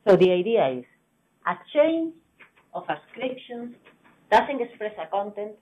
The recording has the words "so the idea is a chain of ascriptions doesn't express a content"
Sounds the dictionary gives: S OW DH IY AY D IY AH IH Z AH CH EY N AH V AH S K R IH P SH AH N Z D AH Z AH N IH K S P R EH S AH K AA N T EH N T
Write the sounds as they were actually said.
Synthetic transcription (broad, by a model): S OW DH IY AY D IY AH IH S AH CH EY N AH F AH S K R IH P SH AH N S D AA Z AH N IH K S P R EH S AH K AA N T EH N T